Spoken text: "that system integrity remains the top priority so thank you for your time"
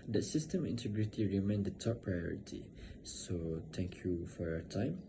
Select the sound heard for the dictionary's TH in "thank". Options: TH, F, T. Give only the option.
T